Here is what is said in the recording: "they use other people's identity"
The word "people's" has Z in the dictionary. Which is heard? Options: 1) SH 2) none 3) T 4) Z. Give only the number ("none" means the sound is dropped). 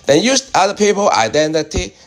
2